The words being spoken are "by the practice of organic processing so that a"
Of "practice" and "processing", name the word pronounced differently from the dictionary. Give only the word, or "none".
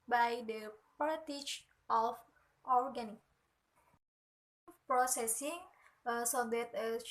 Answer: practice